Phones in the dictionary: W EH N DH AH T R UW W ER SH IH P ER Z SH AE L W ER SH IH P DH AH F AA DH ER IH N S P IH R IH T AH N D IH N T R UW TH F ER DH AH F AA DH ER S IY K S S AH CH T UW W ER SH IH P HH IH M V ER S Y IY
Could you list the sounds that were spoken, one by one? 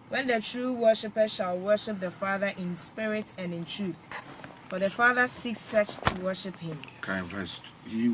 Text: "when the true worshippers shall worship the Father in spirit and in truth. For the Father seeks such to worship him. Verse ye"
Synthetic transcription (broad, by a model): W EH N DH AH T R UW W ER SH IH P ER SH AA L W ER SH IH P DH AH F AA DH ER IH N S P IH R IH T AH N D IH N T R UW TH F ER DH AH F AA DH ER S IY K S S AH CH T UW W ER SH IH P HH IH M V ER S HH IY